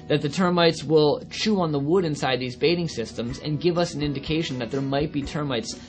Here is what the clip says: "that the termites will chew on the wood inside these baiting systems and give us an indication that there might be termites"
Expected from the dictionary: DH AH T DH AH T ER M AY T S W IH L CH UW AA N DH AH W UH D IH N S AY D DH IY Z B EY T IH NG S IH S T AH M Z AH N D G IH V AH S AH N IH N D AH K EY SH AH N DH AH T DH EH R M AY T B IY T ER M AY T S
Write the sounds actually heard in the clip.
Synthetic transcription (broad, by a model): DH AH T DH AH T ER M AY T S W IH L CH UW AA N DH AH W UH D IH N S AY D DH IY Z B EY T IH NG S IH S T AH M Z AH N G IH V AH S N IH N D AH K EY SH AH N DH AH T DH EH R M AY T B IY T ER M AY T S